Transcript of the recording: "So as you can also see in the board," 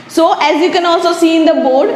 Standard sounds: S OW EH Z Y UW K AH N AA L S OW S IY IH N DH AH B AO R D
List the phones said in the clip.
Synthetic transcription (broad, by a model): S OW EH Z Y UW K AH N AA L S OW S IY IH N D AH B AO R D